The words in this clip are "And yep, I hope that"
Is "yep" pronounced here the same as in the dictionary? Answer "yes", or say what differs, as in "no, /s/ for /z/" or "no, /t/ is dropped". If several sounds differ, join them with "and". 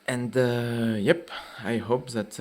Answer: yes